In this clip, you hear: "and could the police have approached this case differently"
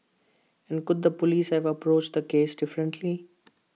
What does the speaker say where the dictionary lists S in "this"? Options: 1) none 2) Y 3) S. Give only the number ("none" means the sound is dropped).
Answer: 1